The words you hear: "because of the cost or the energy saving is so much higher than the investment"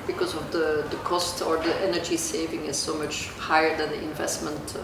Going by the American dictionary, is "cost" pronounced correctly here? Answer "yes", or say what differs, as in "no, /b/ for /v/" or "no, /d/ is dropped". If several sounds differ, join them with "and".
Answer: yes